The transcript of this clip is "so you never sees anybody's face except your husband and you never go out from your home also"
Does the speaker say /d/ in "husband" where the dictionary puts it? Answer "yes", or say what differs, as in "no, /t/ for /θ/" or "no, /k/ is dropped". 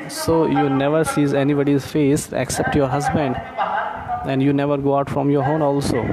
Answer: yes